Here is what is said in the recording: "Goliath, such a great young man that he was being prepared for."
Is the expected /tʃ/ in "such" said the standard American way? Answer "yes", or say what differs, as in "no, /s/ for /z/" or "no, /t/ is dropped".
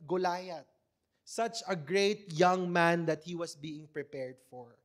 yes